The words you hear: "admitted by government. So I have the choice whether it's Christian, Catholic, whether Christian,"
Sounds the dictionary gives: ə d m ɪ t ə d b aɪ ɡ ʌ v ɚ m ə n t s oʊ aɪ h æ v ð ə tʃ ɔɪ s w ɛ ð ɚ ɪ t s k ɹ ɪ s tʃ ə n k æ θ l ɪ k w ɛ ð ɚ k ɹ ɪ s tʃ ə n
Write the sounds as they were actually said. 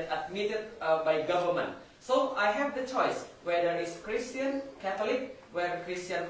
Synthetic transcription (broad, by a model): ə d m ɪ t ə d b aɪ ɡ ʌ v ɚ m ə n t s oʊ aɪ h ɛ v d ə tʃ ɔɪ s w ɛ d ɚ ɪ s k ɹ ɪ s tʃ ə n k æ t l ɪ k w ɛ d k ɹ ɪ s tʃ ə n